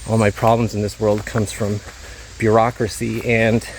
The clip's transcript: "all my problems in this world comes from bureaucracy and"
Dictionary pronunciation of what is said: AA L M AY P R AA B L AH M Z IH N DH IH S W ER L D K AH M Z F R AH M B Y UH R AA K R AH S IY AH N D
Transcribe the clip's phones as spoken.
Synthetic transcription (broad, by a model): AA L M AY P R AA B L AH M Z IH N DH IH S W ER L D K AH M Z F R AH M B Y UH R AA K R AH S IY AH N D